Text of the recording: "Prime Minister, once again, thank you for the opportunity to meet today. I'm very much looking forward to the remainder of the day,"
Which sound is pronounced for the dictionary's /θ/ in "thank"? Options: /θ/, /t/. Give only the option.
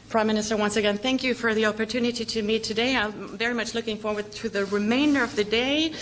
/θ/